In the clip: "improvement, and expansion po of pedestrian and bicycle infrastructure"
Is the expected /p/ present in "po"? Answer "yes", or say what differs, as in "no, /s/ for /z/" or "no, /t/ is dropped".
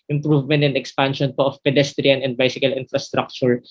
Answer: yes